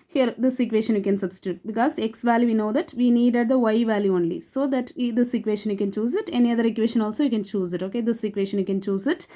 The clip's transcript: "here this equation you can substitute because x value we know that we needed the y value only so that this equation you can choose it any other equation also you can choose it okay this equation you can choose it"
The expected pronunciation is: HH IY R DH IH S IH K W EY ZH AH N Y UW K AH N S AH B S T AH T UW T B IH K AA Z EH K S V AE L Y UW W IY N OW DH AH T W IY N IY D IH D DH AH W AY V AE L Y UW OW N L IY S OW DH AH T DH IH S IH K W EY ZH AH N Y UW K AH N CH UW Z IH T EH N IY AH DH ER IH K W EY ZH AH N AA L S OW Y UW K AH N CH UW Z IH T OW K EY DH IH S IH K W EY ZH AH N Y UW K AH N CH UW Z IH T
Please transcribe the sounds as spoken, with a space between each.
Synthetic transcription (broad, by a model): HH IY R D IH S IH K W EY SH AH N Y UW K AH N S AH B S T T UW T B IH K AA Z EH K S V AE L Y UW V IY N OW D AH T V IY N IY D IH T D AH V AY V AE L Y UW OW N L IY S OW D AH T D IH S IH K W EY SH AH N Y UW K AH N CH UW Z IH T EH N IY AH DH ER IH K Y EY SH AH N AA L S OW Y UW K AH N CH UW Z IH T OW K EY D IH S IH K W EY SH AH N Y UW K AH N CH UW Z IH T